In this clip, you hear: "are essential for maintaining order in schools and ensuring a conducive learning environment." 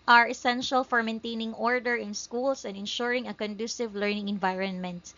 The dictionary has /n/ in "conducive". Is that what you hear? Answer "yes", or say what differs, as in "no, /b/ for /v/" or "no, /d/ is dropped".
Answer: yes